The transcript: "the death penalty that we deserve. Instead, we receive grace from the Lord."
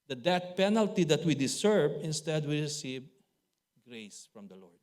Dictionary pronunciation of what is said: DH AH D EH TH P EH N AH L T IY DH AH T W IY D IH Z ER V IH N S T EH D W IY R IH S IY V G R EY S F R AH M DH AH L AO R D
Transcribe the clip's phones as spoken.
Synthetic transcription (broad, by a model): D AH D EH T P EH N AH L T IY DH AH T W IY D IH S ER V IH N S T EH D W IY R IH S IY V G R EY S F R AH M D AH L AO R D